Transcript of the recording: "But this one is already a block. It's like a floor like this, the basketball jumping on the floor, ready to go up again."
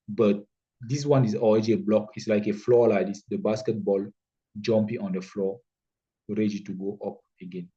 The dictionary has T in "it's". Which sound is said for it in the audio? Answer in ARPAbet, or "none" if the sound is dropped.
T